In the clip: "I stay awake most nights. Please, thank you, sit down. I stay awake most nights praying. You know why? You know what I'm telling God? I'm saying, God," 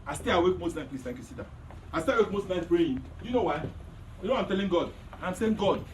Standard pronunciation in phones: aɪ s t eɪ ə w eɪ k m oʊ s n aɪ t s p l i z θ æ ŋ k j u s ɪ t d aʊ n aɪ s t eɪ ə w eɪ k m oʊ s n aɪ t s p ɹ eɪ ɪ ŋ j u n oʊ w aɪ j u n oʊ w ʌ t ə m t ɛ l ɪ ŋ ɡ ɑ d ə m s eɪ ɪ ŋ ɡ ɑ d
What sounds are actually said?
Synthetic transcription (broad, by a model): aɪ s t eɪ ə w eɪ k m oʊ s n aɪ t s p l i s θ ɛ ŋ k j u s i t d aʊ aɪ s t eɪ ə w eɪ k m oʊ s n aɪ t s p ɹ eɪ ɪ j u n oʊ w aɪ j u n oʊ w ə m t ɛ l ɪ ŋ ɡ ɑ d ə m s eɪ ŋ ɡ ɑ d